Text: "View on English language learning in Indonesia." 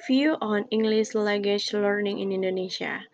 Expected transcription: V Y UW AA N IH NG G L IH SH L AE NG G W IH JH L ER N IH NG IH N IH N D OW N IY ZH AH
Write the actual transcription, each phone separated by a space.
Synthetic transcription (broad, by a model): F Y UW AA N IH NG G L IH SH L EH G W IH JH L ER N IH NG IH N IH N D OW N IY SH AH